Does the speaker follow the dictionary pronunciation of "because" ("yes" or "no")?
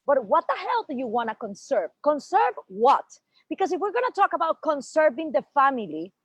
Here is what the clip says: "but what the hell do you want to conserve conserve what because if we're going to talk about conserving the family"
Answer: no